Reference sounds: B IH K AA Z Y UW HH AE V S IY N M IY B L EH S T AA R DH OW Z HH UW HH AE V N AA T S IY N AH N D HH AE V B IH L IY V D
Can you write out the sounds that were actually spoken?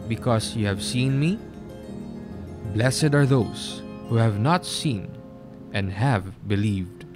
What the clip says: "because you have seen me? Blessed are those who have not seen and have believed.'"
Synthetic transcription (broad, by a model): B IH K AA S Y UW HH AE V S IY N M IY B L EH S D AA R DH OW S HH UW HH AE V N AA T S IY N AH N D HH AE V B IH L IY V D